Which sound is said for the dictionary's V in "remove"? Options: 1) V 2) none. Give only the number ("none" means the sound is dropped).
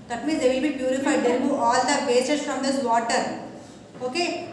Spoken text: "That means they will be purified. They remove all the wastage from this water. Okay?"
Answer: 2